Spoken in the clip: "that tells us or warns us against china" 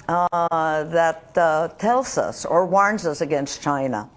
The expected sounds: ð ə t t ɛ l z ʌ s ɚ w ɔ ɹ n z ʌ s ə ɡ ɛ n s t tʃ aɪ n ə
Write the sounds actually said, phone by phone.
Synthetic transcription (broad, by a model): ð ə t t ɛ l z ʌ s ɚ w ɔ ɹ n z ʌ s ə ɡ ɛ n s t tʃ aɪ n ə